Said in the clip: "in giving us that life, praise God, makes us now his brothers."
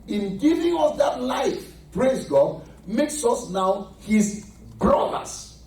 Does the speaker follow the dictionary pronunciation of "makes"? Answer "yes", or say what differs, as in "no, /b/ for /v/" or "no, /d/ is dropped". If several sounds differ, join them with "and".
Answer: yes